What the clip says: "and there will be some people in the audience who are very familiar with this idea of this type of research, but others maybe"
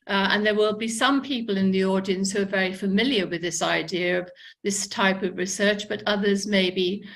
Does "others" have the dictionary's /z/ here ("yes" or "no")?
yes